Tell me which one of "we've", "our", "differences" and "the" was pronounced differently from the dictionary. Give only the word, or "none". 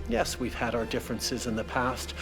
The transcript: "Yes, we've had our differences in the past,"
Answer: none